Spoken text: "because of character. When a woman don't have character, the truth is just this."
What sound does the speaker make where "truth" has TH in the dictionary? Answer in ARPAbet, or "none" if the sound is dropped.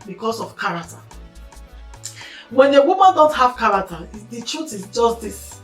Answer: T